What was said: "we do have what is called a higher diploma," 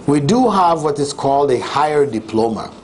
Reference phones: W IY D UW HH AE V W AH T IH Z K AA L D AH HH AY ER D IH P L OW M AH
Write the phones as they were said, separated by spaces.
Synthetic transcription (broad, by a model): W IY D UW HH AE V W AH T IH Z K AA L D AH HH AY ER D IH P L OW M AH